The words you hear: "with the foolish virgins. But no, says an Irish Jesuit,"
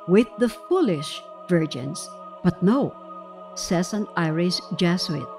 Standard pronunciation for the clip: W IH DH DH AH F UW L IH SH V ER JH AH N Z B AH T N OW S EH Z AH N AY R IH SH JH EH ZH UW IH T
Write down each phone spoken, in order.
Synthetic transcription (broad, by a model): W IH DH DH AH F UW L IH SH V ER JH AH N S B AH T N OW S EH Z AH N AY R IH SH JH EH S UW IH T